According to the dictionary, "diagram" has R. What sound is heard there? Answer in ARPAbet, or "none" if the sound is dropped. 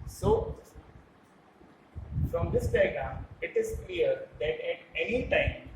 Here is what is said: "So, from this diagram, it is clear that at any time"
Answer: none